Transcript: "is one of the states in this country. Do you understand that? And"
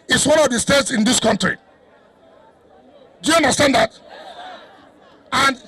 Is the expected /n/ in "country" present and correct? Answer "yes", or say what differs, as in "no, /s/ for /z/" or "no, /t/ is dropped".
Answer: yes